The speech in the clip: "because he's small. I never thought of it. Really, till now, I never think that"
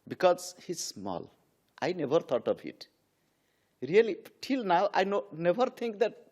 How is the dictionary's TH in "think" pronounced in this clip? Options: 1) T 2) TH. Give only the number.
1